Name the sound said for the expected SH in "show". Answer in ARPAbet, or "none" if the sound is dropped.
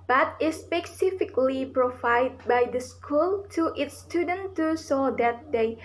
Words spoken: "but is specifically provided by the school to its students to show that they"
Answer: S